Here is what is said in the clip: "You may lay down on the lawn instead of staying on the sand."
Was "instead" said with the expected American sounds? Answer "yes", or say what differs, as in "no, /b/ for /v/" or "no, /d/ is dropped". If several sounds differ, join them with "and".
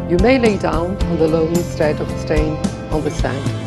no, /n/ is dropped